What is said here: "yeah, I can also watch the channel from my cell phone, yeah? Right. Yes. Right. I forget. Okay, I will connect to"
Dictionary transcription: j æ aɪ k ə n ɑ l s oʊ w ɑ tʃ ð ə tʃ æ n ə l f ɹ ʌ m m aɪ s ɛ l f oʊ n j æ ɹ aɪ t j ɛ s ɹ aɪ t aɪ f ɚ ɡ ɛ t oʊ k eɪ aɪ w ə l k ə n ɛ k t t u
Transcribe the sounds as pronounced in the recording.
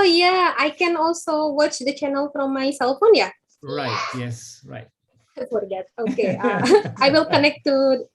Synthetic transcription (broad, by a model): j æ aɪ k ə n ɑ l s oʊ w ɑ tʃ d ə tʃ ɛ n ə l f ɹ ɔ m m aɪ s ɛ l f oʊ n j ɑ ɹ aɪ t j ɛ s ɹ aɪ t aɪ f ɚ ɡ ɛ t oʊ k eɪ aɪ w ə l k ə n ɛ k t t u